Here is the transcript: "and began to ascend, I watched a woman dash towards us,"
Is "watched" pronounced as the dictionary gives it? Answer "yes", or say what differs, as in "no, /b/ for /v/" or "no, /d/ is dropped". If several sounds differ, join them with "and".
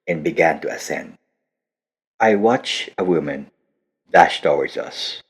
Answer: no, /t/ is dropped